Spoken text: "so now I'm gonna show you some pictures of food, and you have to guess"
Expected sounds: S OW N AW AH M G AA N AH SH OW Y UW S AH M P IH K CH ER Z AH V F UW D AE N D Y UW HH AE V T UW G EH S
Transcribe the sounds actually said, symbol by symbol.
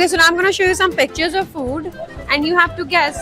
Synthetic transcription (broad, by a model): S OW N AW AH M G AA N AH SH OW Y UW S AH M P IH K CH ER Z AH V F UW D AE N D Y UW HH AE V T UW G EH S